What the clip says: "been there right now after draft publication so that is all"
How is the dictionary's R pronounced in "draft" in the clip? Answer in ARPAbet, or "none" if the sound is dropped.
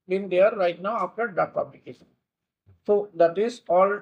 none